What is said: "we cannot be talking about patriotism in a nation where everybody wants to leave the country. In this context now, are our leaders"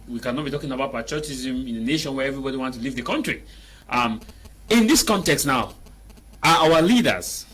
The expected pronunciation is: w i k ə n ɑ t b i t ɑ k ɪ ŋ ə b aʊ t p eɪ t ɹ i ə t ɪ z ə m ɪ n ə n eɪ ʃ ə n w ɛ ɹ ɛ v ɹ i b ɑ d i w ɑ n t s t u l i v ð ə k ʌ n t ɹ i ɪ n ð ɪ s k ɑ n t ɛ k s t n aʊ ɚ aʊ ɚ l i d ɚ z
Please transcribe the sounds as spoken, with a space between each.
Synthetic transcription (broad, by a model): w i k ə n ɑ t b i t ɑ k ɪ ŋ ə b aʊ t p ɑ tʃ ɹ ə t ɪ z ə m ɪ n ə n eɪ ʃ ə n w ɛ ɹ ɛ v ɹ i b ɑ d i w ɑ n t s t u l i v ð ə k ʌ n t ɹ i ɪ n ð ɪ s k ɑ n t ɛ k s t n aʊ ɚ aʊ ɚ l i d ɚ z